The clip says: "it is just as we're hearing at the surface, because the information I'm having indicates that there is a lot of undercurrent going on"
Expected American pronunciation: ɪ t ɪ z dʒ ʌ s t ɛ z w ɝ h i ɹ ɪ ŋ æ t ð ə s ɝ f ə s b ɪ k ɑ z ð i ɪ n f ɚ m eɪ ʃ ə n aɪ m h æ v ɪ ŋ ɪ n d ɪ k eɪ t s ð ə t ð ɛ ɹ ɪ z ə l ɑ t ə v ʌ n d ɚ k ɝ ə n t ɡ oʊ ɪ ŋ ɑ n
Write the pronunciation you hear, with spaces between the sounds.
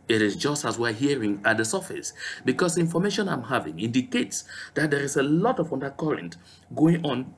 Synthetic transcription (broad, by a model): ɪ t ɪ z dʒ ʌ s t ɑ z w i h i ɹ ɪ ŋ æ t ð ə s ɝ f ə s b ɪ k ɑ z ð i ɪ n f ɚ m eɪ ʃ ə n aɪ m h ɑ v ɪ ŋ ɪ n d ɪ k eɪ t s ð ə t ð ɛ ɹ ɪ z ə l ɑ t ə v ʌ n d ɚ k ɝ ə n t ɡ oʊ ɪ ŋ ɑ n